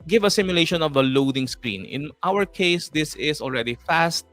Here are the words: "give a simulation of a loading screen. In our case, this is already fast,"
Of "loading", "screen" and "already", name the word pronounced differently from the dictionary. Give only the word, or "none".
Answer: none